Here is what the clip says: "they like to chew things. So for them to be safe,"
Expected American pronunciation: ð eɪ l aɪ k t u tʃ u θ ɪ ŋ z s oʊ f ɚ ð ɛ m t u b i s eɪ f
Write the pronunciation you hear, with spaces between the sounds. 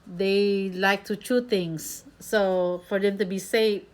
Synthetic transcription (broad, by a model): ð eɪ l aɪ k t u tʃ u t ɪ ŋ s oʊ f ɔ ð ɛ m t u b i s eɪ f